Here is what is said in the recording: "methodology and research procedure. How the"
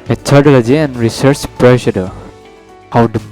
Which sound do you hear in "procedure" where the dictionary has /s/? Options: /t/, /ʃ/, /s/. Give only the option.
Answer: /ʃ/